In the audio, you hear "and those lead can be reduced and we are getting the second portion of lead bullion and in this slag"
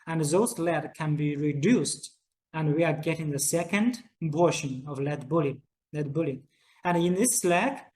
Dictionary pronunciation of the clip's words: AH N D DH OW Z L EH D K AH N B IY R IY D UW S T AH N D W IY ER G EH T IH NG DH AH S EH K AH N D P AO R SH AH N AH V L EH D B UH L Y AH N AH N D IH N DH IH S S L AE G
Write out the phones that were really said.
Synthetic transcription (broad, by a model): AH N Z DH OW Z L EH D K AH N B IY R IY D UW S T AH N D W IY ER G EH T IH NG DH AH S EH K AH N D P AO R SH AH N AH V L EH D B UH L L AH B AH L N IH N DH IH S S L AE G